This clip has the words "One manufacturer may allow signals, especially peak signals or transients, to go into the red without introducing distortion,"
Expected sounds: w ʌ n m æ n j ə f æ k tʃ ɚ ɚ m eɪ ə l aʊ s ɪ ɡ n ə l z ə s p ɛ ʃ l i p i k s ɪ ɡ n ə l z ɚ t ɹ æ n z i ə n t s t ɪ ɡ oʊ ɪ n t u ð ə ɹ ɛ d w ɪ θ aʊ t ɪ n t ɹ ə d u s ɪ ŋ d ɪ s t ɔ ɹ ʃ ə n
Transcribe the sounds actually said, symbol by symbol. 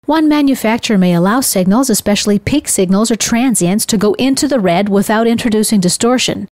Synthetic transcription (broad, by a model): w ʌ n m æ n j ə f æ k tʃ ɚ ɚ m eɪ ə l aʊ s ɪ ɡ n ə l z ə s p ɛ ʃ l i p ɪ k s ɪ ɡ n l z ɚ t ɹ æ n z i ə n t s t ɪ ɡ oʊ ɪ n t u ð ə ɹ ɛ d w ɪ θ aʊ t ɪ n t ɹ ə d u s ɪ ŋ d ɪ s t ɔ ɹ ʃ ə n